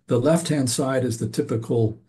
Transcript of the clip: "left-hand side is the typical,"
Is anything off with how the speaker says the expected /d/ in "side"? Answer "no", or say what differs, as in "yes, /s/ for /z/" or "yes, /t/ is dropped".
no